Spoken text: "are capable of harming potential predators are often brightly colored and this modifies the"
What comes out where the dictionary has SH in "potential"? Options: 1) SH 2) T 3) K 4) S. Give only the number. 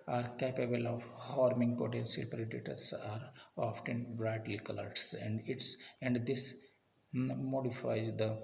4